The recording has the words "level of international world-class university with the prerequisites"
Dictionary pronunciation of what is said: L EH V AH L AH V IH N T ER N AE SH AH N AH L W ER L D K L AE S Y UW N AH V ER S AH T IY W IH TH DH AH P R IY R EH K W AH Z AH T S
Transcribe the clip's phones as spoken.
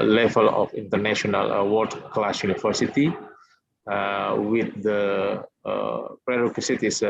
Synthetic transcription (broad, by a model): L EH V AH L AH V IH N T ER N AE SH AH N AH L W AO D K L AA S Y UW N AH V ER S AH T IY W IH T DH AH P R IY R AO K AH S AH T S